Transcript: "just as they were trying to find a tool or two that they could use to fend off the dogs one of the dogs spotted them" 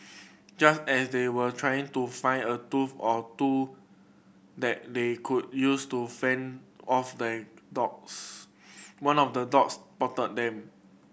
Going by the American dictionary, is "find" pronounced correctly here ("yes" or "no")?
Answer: no